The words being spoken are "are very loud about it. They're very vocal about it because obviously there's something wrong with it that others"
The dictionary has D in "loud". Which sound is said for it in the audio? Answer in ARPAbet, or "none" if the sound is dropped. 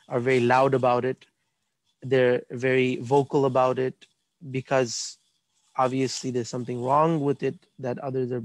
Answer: D